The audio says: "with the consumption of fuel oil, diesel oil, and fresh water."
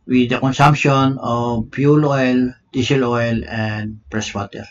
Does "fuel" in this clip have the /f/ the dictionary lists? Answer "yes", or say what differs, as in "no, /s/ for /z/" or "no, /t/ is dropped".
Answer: no, /p/ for /f/